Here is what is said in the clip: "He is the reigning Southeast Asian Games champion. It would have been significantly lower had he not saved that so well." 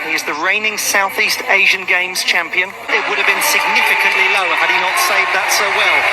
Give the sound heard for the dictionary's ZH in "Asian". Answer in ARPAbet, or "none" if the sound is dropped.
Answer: ZH